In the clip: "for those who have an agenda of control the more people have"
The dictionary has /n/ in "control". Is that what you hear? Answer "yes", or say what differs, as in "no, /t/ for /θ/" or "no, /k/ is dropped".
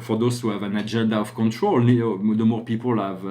yes